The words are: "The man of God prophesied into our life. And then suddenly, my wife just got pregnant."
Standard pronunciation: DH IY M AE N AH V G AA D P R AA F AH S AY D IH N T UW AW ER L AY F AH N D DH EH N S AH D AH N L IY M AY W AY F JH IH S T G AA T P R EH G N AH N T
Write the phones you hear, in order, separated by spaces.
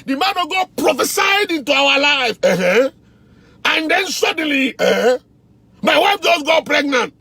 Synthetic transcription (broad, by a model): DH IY M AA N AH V G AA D P R AA F AH S AY D IH N T UW AW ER L AY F AH N D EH N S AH D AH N L IY M AY W AY F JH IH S G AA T P R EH G N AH N T